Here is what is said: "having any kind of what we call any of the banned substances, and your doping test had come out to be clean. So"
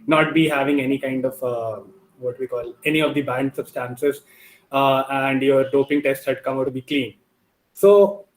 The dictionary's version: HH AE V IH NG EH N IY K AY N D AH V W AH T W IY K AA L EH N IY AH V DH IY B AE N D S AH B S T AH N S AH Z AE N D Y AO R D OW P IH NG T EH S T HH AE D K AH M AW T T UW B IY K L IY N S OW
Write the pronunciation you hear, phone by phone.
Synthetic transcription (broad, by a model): HH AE V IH NG EH N IY K AY N D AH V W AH T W IY K AA L EH N IY AH V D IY B AE N D S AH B S T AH N S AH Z AE N D Y AO R D OW P IH NG T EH S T HH AE D K AH M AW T T UW B IY K L IY N S OW